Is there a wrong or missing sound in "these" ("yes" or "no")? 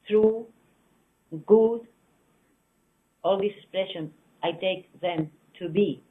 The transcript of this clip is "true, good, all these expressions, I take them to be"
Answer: yes